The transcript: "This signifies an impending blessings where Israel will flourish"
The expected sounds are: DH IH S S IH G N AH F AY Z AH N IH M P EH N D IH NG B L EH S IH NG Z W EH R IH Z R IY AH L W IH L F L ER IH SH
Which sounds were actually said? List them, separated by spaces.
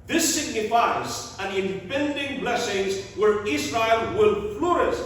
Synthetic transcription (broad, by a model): DH IH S S IH G N AH F AY Z AH N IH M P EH N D IH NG B L EH S IH NG Z W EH R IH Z R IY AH L W IH L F L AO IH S